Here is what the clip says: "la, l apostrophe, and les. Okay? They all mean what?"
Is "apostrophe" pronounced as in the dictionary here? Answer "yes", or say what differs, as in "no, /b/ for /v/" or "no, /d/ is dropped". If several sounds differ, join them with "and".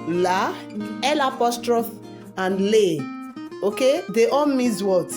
yes